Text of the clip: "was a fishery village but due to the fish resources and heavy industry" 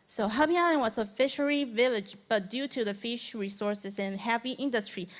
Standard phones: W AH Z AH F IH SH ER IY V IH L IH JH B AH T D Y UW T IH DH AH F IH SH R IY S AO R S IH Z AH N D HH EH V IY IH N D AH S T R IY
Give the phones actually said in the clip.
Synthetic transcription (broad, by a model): W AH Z AH F IH SH ER IY V IH L IH JH B AH T D Y UW T IH DH AH F IH SH R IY S AO R S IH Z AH N HH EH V IY IH N D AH S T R IY